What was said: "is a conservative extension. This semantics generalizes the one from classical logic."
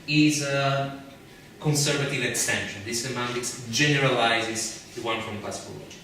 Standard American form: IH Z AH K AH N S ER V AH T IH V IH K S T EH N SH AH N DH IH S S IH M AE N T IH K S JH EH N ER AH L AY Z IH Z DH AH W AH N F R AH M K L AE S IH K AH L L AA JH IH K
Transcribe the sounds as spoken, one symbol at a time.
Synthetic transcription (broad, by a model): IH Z AH K AH N S ER V AH T IH V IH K S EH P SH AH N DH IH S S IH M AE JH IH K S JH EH N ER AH L AY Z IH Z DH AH W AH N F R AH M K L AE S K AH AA